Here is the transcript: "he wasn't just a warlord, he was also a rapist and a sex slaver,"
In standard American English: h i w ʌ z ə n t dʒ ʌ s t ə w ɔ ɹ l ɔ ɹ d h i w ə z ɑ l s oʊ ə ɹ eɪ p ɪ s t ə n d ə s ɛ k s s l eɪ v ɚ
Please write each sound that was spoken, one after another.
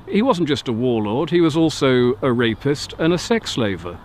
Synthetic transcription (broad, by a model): h i w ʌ z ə n dʒ ʌ s t ə w ɔ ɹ l ɔ ɹ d h i w ə z ɑ l s oʊ ə ɹ eɪ p ɪ s t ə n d ə s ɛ k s s l eɪ v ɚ